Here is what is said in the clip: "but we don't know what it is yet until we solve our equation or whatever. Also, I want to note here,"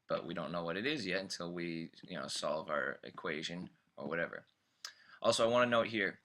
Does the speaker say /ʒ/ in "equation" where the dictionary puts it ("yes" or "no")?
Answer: yes